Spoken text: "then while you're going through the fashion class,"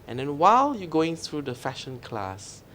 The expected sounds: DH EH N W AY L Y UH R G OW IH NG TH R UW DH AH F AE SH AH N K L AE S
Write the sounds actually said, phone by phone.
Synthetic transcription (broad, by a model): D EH N W AY L Y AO G OW IH NG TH R UW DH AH F AE SH AH N K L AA S